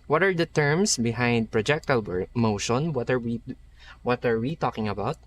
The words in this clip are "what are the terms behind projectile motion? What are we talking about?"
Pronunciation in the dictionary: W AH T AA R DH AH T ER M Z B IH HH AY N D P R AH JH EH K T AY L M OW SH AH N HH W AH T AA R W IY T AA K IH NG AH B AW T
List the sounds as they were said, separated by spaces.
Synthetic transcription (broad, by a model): W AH T AA R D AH T ER M S B IH HH AY N D P R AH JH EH K T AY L M OW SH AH N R W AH T AA R W IY T AA K IH NG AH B AW T